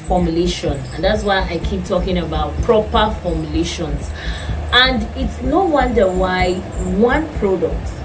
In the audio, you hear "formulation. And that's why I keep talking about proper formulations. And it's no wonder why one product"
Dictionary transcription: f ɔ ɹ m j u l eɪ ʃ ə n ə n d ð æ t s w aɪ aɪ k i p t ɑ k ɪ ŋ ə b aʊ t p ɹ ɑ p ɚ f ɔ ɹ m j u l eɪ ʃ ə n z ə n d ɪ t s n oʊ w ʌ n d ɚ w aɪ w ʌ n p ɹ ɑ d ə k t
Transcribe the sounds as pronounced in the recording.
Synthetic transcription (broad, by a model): f ɔ m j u l eɪ ʃ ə n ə n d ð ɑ t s w aɪ aɪ k i p t ɑ k ɪ ŋ ə b aʊ t p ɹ ɑ p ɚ f ɔ m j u l eɪ ʃ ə n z ə n d ɪ t s n oʊ w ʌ n d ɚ w aɪ w ʌ n p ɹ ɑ d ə k t